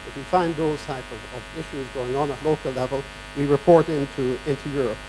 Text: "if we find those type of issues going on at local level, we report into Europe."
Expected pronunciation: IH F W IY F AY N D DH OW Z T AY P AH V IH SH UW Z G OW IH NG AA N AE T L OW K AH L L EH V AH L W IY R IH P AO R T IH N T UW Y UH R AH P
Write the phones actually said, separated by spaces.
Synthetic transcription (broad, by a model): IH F W IY F AY N DH OW Z T AY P AH V IH SH UW Z G OW IH NG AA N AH T L OW K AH L L EH V AH L W IY R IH P AO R T IH N T UW Y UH R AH P